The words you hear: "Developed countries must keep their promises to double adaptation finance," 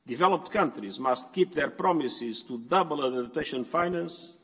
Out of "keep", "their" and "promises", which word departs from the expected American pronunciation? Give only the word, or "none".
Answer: none